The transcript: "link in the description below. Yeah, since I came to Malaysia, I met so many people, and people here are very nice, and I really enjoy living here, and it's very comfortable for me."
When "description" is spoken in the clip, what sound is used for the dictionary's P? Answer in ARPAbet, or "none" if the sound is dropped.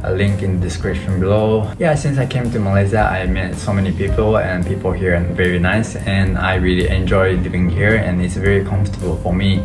none